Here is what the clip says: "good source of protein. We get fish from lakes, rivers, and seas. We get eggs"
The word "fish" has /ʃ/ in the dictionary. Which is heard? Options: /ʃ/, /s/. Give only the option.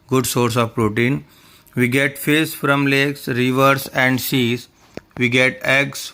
/s/